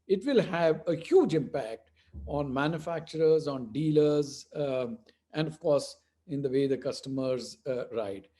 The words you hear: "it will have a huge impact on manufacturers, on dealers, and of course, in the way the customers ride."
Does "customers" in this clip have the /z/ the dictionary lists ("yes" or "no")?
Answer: yes